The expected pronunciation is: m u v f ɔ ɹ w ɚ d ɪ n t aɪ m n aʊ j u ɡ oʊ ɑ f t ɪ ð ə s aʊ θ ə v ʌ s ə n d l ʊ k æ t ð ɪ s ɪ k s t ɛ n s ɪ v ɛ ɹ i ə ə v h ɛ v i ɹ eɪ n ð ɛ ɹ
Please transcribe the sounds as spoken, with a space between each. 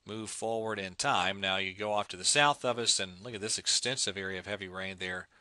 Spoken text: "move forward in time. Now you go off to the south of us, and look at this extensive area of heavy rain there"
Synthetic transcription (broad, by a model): m u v f ɔ ɹ w ɚ d ɪ n t aɪ m n aʊ j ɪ ɡ oʊ ɑ f t ɪ ð ə s aʊ θ ə v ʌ s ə n l ʊ k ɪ t ð ɪ s ɪ k s t ɛ n s ɪ v ɛ ɹ i ə ə v h ɛ v i ɹ eɪ n ð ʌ ɹ